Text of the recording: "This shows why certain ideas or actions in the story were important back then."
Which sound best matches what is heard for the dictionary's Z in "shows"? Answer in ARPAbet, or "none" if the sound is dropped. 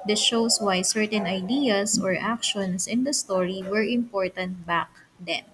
S